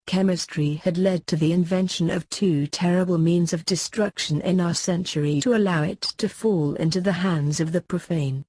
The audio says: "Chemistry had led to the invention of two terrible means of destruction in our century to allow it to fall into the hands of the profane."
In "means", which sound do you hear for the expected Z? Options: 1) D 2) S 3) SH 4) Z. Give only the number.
4